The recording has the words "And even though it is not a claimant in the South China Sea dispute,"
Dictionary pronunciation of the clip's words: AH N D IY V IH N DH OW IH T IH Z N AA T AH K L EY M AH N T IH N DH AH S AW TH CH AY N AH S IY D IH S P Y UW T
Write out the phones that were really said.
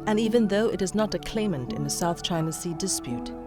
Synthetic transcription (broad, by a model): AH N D IY V IH N DH OW IH T IH Z N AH T AH K L EY M AH N T IH N DH AH S AW TH CH AY N AH S IY D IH S P Y UW T